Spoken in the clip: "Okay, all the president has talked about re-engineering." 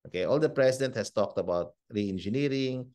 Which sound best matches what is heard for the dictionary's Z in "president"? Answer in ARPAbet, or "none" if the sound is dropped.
S